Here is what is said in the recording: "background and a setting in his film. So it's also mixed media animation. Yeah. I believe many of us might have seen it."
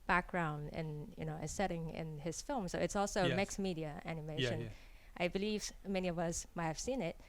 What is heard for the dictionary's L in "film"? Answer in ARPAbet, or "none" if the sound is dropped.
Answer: L